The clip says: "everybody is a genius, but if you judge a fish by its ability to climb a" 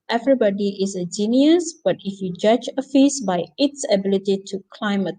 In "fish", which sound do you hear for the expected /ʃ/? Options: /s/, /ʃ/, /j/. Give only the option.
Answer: /s/